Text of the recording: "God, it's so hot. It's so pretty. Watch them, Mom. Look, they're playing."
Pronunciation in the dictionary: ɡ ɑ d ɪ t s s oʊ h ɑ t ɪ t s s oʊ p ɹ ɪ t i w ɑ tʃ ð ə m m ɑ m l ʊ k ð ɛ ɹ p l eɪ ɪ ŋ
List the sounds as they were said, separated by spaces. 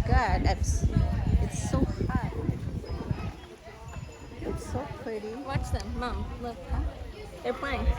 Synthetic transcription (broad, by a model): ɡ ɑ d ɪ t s s oʊ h ɑ ɪ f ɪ s oʊ p ɹ ɪ t i w ɑ tʃ ð ə m m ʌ m l ʊ k ð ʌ ɹ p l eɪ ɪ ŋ